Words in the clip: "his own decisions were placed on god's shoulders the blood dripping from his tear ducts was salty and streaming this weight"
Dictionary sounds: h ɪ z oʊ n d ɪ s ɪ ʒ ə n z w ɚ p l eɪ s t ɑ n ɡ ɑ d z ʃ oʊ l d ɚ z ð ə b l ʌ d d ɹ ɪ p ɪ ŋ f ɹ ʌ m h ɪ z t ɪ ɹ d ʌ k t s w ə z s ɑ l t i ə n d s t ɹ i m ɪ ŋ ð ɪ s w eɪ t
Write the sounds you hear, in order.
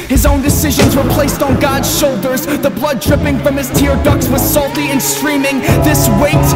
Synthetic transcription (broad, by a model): h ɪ z oʊ n d ɪ s ɪ ʒ ə n z w ɚ p l eɪ s t n ɡ ɑ d z ʃ oʊ l d ɚ z ð ə b l ʌ d d ɹ ɪ p ɪ ŋ f ɹ ʌ m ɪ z t ɪ ɹ d ʌ k s w ə z s ɑ l t i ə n s t ɹ i m ɪ ŋ ð ɪ s w eɪ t